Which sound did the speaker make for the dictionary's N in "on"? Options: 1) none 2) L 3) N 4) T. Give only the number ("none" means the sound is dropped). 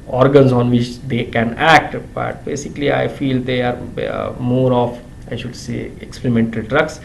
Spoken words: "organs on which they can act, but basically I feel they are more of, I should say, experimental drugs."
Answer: 3